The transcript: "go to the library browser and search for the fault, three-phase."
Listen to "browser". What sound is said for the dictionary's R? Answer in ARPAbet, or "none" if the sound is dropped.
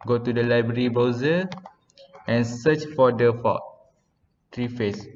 none